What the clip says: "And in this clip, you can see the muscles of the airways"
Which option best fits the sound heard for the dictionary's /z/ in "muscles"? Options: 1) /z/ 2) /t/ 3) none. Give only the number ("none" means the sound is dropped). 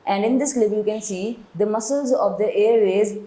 1